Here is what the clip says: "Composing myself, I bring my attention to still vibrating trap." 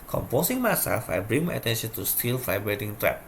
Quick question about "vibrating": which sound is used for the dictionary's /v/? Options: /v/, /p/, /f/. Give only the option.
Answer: /f/